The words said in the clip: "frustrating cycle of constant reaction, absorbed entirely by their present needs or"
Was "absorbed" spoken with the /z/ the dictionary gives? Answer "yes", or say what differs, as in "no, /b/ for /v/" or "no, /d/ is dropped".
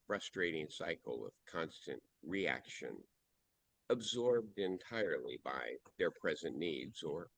yes